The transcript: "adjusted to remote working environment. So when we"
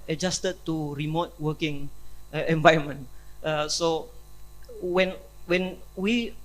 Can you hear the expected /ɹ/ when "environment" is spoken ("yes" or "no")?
no